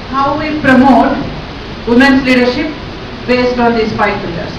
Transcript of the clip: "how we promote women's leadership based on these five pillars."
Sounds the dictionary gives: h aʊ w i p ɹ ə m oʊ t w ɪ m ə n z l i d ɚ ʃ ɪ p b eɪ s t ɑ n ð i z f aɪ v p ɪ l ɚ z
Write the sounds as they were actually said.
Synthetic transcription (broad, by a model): h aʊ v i p ɹ ə m oʊ t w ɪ m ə n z l i d ɚ ʃ ɪ p b eɪ s t ɑ n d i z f aɪ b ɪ l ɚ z